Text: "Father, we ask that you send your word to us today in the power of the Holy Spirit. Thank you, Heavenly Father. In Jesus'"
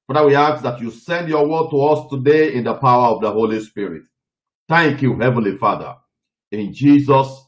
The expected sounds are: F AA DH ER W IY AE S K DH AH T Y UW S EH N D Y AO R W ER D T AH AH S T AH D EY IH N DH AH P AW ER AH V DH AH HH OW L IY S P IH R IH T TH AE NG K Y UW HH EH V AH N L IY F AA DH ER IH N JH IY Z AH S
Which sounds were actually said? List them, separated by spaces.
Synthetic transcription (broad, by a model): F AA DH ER W IY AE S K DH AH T Y UW S EH N D Y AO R W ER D T AH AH S T AH D EY IH N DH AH P AW ER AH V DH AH HH OW L IY S P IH R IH T TH AE NG K Y UW HH EH V AH N L IY F AA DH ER IH N JH IY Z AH S